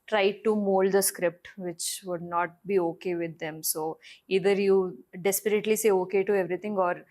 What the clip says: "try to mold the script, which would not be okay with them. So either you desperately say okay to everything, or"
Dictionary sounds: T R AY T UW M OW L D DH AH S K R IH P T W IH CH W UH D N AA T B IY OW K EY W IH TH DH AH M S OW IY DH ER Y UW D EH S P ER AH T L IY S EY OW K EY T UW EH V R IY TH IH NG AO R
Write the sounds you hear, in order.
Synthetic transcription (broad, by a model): T R AY T UW M OW L D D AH S K R IH P T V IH CH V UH D N AA T B IY OW K EY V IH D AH M S OW IY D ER Y UW D EH S P ER AH T L IY S EY OW K EY T UW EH V R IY T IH NG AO R